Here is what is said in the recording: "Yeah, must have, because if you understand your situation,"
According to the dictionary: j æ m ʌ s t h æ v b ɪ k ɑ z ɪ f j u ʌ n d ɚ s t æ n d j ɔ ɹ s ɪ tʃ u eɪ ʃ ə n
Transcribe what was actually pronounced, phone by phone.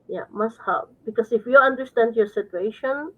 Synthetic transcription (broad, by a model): j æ m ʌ s t h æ p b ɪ k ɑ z ɪ f j u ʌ n d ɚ s t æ n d j ɔ ɹ s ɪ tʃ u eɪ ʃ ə n